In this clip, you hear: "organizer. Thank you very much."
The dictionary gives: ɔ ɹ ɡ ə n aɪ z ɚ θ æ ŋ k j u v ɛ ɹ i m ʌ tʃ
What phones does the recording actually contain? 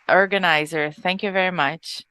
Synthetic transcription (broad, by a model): ɔ ɹ ɡ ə n aɪ z ɚ θ æ ŋ k j u v ɛ ɹ i m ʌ tʃ